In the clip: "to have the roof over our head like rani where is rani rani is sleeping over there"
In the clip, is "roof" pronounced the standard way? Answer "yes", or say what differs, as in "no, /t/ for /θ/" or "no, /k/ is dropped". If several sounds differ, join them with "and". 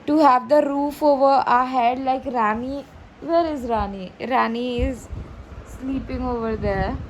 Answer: yes